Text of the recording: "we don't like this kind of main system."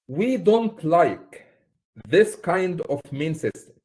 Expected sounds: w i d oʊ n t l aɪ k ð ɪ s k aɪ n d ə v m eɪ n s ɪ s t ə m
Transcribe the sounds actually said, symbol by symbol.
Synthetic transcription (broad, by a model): w i d oʊ n t l aɪ k ð ɪ s k aɪ n d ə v m eɪ n s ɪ s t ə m